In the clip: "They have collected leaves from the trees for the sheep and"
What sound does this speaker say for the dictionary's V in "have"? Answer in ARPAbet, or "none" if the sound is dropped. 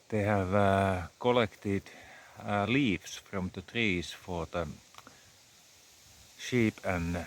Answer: V